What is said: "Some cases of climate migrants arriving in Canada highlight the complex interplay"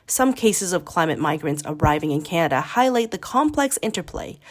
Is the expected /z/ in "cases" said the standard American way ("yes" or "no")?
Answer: yes